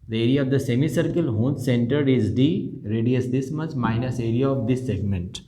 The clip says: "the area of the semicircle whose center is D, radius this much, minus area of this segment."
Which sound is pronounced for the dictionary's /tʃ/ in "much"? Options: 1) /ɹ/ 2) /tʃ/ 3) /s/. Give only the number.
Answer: 3